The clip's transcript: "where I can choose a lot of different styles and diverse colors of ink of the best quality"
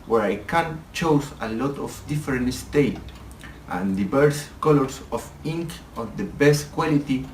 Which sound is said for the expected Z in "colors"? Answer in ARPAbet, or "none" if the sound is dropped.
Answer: S